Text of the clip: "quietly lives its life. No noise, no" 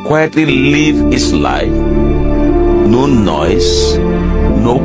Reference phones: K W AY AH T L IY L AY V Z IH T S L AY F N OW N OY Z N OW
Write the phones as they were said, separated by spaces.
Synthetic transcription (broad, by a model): K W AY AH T L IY L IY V IH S L AY F N OW N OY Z N OW